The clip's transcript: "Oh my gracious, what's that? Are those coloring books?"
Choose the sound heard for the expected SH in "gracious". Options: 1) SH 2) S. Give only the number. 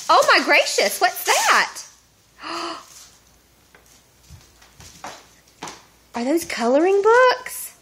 1